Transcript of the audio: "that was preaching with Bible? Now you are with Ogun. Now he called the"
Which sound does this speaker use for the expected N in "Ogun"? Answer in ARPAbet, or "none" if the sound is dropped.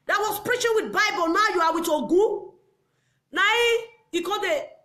N